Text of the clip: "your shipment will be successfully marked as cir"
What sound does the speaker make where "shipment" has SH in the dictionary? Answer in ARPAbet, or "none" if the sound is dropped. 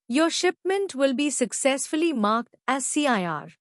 SH